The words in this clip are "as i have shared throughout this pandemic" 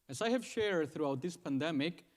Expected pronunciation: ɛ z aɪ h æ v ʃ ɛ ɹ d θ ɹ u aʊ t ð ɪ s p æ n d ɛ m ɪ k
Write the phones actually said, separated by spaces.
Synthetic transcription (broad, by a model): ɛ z aɪ h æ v ʃ ɛ ɹ d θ ɹ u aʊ t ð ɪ s p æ n d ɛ m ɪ k